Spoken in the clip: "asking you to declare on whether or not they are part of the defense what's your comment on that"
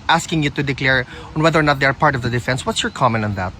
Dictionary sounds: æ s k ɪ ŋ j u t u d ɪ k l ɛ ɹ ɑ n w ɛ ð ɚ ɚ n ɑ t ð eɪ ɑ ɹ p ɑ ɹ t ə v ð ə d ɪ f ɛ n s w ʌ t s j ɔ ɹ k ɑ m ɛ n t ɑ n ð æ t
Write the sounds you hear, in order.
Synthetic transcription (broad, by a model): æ s k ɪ ŋ j u t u d ɪ k l ɛ ɹ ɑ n w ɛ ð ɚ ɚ n ɑ t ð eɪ ɑ ɹ p ɑ ɹ t ə v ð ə d ɪ f ɛ n s w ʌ t s j ɔ ɹ k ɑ m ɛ n ɑ n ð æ t